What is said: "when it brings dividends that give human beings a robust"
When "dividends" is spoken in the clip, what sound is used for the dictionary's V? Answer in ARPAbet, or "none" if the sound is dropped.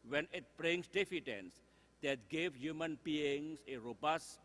F